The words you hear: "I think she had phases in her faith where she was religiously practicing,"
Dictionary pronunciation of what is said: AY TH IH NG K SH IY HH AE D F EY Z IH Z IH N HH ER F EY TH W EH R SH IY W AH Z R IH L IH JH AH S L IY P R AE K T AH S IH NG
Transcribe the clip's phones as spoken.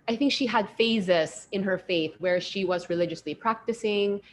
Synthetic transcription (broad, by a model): AY TH IH NG K SH IY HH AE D F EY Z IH S IH N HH ER F EY TH W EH R SH IY W AH Z R IH L IH JH AH S L IY P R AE K T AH S IH NG